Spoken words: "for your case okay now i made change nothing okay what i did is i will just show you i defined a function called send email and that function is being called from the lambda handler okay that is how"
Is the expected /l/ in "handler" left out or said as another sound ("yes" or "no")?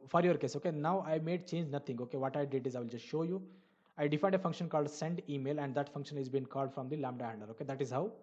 yes